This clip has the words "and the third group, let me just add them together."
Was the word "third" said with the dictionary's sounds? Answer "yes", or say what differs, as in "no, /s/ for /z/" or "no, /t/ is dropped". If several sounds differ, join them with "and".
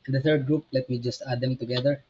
no, /t/ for /θ/